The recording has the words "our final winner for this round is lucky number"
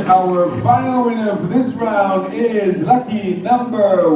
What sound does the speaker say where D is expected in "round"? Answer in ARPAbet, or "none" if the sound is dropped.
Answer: D